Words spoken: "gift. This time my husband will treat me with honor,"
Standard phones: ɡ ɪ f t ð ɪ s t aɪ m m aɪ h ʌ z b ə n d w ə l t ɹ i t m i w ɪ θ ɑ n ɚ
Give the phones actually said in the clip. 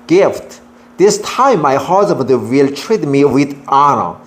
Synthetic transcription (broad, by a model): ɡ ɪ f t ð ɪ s t aɪ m m aɪ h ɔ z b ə d w ə l t ɹ i t m i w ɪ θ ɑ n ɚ